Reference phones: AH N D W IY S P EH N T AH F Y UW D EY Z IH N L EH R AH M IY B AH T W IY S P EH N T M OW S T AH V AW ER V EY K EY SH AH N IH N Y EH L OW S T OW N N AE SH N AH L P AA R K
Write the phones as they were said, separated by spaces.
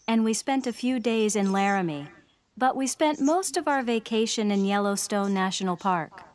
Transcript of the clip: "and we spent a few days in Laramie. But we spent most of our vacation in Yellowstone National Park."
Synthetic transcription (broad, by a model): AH N W IY S P EH N T AH F Y UW D EY Z IH N L EH R AH M IY B AH T W IY S P EH N T M OW S T AH V AW ER V EY K EY SH AH N IH N Y EH L OW S T OW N N AE SH N L P AA R K